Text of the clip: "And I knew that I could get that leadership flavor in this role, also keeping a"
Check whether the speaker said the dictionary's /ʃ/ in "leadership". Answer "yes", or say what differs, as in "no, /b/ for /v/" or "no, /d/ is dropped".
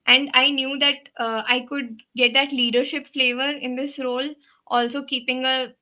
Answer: yes